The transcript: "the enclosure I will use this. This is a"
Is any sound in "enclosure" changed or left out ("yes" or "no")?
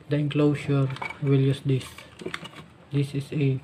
yes